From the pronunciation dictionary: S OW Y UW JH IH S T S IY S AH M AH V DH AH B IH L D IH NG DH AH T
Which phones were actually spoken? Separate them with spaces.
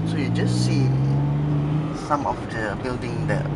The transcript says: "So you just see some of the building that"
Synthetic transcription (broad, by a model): S OW Y UW JH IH S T S IY S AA M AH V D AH B IH L D IH NG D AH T